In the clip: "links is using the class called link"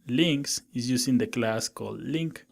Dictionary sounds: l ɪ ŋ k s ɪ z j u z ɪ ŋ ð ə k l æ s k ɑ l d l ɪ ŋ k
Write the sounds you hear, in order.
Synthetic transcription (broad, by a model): l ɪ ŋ k s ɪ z j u s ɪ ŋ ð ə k l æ s k ɑ l d l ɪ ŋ k